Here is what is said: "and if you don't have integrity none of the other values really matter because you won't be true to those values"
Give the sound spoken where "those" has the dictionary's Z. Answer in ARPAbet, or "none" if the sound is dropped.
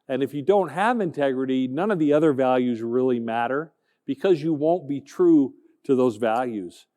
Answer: Z